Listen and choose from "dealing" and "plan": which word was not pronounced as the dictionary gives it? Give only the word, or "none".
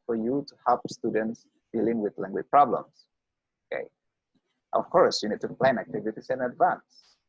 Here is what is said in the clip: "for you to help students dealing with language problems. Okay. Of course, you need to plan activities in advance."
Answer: none